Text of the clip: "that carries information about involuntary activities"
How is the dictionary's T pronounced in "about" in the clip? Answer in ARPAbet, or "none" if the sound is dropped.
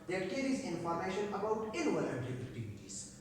T